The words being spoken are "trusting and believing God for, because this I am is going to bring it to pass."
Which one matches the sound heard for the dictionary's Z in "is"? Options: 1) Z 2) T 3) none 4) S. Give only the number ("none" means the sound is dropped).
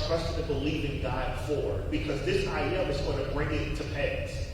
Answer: 1